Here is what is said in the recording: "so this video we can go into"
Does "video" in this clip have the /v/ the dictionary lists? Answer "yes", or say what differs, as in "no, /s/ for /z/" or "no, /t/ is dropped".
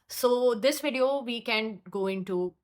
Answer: yes